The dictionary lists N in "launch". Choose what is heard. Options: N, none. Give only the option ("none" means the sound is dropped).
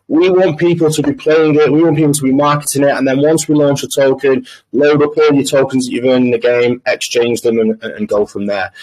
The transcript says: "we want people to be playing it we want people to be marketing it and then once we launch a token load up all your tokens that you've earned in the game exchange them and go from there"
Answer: N